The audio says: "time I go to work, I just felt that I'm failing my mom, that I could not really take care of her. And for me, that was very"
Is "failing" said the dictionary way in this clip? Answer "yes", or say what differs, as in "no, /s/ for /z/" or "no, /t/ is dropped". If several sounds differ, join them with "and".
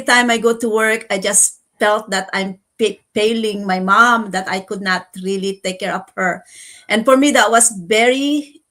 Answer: no, /p/ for /f/